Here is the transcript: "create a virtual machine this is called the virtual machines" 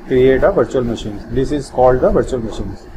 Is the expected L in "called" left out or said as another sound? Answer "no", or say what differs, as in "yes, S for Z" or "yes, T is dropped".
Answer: no